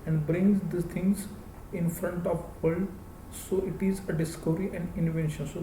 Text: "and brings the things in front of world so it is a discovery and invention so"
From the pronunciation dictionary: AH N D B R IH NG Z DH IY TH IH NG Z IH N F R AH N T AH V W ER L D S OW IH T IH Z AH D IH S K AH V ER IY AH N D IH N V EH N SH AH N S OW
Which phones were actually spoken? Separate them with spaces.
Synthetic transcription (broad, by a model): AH N D B R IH NG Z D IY T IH NG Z IH N F R AH N T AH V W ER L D S OW IH T IH Z AH D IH S K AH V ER IY AH N D IH N V EH N SH AH N S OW